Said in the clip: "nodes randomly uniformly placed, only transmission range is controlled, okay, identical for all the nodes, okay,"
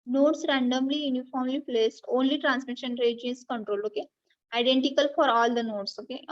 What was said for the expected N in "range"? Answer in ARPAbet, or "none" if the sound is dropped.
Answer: none